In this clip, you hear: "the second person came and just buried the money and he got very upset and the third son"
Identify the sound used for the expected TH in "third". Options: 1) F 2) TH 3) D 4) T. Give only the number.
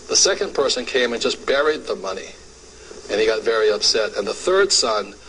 2